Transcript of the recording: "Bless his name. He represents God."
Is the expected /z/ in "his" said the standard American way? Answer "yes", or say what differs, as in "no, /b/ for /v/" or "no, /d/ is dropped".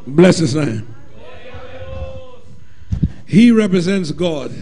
no, /s/ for /z/